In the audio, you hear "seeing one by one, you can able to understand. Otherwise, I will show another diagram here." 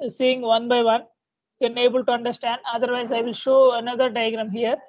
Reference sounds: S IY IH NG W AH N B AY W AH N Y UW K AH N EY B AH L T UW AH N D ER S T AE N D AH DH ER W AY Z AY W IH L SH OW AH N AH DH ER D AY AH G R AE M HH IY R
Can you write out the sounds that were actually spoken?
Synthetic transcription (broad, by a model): S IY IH NG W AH N B AY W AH N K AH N EY B AH L T UW AH N D ER S T AE N D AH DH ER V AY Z AY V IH L SH OW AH N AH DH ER D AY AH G R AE M HH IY R